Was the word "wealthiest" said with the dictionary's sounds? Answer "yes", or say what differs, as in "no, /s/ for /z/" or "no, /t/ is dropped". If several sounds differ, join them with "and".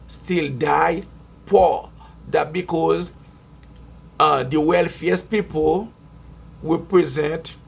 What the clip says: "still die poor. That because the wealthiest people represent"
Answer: no, /f/ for /θ/